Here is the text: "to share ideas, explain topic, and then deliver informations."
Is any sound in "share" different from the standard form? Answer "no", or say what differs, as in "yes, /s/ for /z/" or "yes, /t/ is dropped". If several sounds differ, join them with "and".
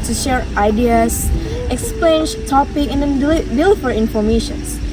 no